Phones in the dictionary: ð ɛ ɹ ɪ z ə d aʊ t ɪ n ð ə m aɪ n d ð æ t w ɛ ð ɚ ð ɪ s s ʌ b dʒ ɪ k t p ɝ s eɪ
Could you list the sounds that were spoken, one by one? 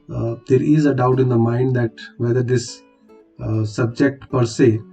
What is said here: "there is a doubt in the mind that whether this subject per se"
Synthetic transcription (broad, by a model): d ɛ ɹ ɪ z ə d aʊ t ɪ n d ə m aɪ n d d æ t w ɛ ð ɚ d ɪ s s ʌ b dʒ ɪ k t p ɝ s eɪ